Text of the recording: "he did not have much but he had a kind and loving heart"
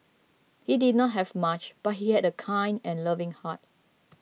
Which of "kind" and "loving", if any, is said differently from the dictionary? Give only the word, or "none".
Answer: none